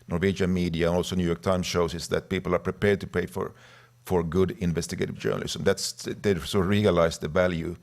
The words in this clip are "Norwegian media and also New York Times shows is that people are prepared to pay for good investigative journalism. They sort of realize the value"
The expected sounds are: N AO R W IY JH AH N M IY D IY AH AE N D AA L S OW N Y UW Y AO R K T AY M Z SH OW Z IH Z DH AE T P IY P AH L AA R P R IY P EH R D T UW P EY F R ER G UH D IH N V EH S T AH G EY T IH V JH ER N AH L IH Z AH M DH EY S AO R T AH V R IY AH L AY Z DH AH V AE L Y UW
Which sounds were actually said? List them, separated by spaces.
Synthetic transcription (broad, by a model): N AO R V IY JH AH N M IY D IY AH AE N AA L S OW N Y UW Y AO R K T AY M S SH OW S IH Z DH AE T P IY P L AA R P R IY P EH R D T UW P EY F R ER G UH D IH N V EH S T AH G EY T IH V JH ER N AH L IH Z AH M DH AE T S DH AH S R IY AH L AY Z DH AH V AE L Y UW